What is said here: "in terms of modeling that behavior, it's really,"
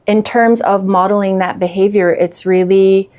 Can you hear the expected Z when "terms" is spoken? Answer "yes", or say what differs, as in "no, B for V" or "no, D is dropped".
yes